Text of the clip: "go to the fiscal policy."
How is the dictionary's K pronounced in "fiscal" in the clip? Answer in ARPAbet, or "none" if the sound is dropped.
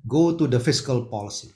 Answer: K